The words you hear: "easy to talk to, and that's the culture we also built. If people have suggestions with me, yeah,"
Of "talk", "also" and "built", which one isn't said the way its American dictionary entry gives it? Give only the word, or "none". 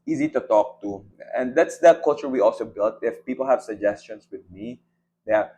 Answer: none